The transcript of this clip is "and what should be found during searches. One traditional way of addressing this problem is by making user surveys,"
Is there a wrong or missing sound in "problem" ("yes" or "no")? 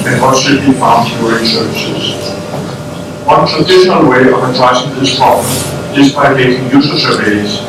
yes